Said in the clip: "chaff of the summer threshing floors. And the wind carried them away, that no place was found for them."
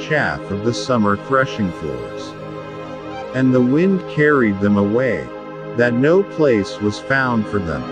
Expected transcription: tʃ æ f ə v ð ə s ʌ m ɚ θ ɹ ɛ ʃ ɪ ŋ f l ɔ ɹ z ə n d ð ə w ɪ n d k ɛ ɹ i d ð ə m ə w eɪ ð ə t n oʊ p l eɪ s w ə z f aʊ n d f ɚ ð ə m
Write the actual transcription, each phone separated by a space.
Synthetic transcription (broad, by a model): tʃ æ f ə v ð ə s ʌ m ɚ θ ɹ ɛ ʃ ɪ ŋ f l ɔ ɹ z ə n ð ə w ɪ n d k ɛ ɹ i d ð ə m ə w eɪ ð ə t n oʊ p l eɪ s w ə z f aʊ n d f ɚ ð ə m